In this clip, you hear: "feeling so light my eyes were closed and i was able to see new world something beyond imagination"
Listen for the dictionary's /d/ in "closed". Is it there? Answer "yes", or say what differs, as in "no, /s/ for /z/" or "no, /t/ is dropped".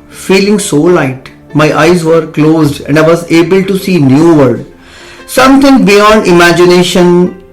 yes